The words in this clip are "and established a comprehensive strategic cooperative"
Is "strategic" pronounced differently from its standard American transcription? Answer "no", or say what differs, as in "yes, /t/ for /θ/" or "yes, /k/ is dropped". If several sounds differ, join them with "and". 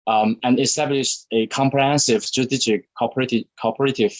yes, /tʃ/ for /dʒ/